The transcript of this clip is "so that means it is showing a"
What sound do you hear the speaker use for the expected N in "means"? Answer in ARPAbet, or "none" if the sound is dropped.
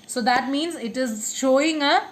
N